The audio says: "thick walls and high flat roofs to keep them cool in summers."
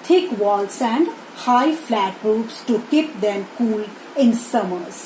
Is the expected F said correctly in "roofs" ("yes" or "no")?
no